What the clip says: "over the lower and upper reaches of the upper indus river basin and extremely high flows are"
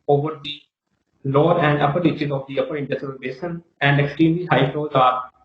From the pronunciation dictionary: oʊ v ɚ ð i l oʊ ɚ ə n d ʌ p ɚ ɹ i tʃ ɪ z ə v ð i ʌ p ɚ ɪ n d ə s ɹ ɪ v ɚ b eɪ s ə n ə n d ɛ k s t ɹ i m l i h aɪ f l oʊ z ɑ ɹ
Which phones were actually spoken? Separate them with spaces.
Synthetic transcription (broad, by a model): oʊ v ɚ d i l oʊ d ə n d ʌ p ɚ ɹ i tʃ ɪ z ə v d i ʌ p ɚ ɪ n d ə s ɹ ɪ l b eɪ ʃ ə n ə n d ɛ k s t ɹ i m l i h aɪ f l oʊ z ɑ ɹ